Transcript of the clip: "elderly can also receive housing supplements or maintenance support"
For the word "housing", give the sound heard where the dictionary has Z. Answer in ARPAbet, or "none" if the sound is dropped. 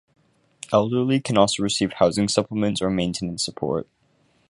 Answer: Z